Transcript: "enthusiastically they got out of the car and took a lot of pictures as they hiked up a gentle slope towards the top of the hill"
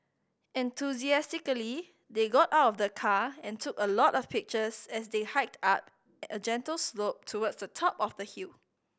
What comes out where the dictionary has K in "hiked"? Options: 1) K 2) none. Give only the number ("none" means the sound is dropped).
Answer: 1